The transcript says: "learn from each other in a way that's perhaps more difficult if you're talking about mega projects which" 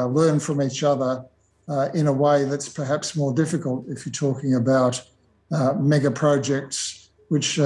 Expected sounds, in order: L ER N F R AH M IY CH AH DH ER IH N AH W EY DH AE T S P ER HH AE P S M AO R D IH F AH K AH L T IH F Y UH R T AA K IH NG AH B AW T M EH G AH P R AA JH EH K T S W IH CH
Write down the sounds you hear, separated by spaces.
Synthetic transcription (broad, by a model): L ER N F R AH M IY CH AH DH ER IH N AH W EY DH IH T S P ER HH AE P S M AO R D IH F AH K AH L T IH F Y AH R T AA K IH NG AH B AW T M EH G AH P R AA JH EH K T S W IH CH